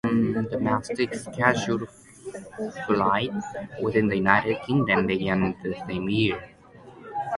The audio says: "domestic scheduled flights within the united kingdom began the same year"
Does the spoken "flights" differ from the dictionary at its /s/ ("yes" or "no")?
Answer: yes